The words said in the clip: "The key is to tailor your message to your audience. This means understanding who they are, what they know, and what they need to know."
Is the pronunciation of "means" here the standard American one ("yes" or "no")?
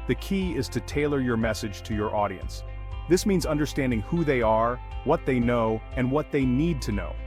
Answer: yes